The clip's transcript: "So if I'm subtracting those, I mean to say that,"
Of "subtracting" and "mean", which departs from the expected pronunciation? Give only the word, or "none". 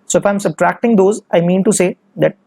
none